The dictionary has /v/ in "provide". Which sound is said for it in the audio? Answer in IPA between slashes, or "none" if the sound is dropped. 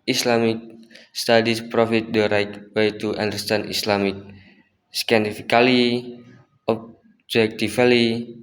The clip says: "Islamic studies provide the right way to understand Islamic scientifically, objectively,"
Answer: /f/